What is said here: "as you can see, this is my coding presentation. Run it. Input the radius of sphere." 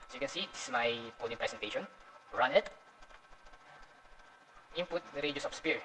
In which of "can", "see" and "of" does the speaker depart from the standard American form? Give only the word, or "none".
of